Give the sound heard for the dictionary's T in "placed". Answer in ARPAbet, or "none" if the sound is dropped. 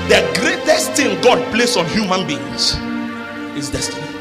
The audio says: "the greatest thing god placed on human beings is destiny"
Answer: none